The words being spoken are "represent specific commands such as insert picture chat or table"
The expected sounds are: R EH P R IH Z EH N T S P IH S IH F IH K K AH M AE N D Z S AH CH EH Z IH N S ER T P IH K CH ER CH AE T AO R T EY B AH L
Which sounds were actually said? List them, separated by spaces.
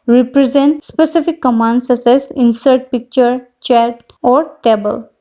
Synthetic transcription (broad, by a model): R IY P R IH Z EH N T S P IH S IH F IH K K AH M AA N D S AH S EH S IH N S ER T P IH K CH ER CH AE T AO R T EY B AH L